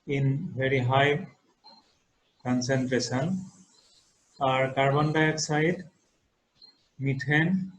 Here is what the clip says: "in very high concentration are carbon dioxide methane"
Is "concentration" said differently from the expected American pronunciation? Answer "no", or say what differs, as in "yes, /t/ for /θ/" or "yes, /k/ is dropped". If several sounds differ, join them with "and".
yes, /s/ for /ʃ/